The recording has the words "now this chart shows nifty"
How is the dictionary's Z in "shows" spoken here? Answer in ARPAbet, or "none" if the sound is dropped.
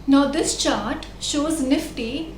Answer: Z